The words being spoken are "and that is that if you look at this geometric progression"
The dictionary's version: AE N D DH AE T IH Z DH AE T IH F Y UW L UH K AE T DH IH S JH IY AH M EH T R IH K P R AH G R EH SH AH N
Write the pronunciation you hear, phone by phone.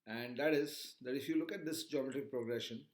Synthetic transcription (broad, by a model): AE N D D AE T IH Z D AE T IH F Y UW L UH K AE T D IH S JH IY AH M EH T IH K P R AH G R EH SH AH N